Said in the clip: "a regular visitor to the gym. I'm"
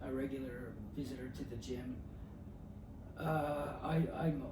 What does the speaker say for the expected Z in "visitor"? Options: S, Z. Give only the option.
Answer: Z